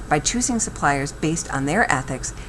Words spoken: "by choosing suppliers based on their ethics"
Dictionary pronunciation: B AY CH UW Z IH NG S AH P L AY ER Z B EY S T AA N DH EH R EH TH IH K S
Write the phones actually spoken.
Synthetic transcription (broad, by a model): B AY CH UW Z IH NG S AH P L AY ER Z B EY S T N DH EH R EH TH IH K S